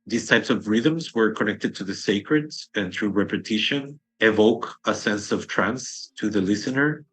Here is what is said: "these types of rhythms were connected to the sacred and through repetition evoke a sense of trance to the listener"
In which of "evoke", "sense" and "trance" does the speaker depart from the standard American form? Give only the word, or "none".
none